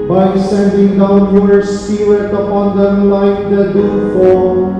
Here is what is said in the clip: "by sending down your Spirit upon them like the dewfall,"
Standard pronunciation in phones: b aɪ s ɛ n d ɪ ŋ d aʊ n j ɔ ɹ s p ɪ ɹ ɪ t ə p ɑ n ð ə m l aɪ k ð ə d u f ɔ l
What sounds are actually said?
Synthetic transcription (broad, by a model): b aɪ s ɛ n d ɪ ŋ d aʊ n j ɔ ɹ s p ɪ l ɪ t ə p ɑ n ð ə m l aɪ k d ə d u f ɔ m